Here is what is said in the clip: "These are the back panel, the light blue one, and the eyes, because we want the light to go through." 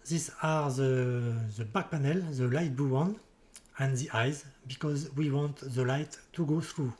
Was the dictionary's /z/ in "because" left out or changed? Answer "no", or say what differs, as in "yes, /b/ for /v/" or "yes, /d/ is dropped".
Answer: no